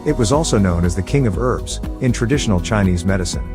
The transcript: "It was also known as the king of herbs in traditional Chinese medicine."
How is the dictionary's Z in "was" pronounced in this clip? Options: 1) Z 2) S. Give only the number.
1